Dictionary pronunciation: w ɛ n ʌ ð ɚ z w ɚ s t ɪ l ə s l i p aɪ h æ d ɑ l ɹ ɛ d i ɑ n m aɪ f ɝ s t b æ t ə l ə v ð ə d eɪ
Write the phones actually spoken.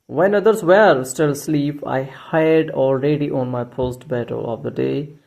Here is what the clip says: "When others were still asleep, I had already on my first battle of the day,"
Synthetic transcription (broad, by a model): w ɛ n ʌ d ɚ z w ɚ s t ɪ l s l i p aɪ h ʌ d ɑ l ɹ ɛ d i ɑ n m aɪ p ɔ s t b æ t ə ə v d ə d eɪ